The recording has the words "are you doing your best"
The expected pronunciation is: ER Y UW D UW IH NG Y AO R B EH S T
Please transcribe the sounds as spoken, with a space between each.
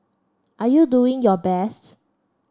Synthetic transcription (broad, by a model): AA Y UW D UW IH NG Y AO B EH S T